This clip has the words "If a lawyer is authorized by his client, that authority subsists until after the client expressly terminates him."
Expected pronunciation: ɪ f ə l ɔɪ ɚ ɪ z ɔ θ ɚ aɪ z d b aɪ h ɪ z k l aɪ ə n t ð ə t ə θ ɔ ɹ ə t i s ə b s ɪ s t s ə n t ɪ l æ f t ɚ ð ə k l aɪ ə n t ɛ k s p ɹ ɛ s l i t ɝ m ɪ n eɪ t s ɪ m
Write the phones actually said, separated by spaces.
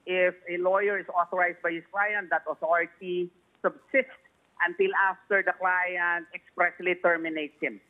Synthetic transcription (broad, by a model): ɪ f ə l ɔɪ ɚ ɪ s ɔ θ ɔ aɪ s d b aɪ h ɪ s k l aɪ ə n t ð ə t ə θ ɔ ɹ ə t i s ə b s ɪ s t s ə n t ɪ l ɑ f t ɚ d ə k l aɪ ə n t ɛ k s p ɹ ɛ s l i t ɝ m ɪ n eɪ t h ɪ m